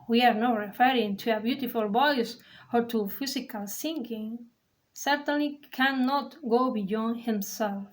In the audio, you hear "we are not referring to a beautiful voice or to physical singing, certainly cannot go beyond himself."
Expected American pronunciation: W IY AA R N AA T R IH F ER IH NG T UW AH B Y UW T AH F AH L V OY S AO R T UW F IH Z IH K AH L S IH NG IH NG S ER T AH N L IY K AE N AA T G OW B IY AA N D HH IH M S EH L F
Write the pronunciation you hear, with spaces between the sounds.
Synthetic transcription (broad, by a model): W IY AA R N AA T R IH F ER IH NG T UW AH B Y UW T AH F AH L B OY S AO R T UW F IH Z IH K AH L S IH NG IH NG S ER T AH N L IY K AE N AA T G OW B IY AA N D HH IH M S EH L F